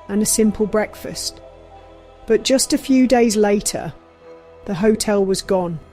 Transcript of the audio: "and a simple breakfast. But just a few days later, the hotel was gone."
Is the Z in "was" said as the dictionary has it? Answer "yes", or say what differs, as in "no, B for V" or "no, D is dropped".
yes